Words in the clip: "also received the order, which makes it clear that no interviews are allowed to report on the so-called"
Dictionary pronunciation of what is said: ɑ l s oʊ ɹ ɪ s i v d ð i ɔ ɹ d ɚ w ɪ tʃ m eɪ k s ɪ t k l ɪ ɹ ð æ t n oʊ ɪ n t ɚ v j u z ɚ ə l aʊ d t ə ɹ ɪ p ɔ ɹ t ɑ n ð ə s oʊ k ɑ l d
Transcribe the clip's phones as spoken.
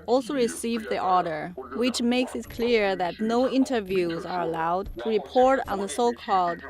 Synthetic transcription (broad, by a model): ɑ l s oʊ ɹ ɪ s i v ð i ɔ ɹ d ɚ w ɪ tʃ m eɪ k s ɪ t k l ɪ ɹ ð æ t n oʊ ɪ n t ɚ v j u z ɚ ə l aʊ d t ə ɹ ɪ p ɔ ɹ t n ð ə s oʊ k ɑ l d